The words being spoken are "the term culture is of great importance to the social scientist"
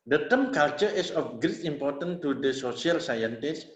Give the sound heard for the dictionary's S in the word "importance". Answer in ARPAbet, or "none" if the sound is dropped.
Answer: none